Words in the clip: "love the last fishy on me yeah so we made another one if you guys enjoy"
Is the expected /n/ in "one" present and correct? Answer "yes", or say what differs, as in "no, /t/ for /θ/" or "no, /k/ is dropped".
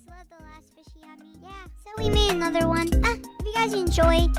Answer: yes